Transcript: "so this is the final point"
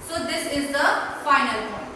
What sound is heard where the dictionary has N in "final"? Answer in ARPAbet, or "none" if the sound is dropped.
N